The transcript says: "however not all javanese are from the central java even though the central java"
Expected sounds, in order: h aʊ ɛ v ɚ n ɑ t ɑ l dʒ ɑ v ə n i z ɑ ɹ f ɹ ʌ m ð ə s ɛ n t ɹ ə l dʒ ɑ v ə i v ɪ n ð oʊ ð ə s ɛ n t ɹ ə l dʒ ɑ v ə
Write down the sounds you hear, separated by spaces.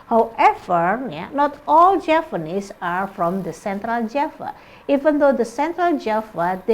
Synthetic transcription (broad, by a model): h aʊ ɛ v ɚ n ɑ t ɑ l dʒ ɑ p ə n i s ɑ ɹ f ɹ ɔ m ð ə s ɛ n t ɹ ə l dʒ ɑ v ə i v ɪ n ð oʊ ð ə s ɛ n t ɹ ə l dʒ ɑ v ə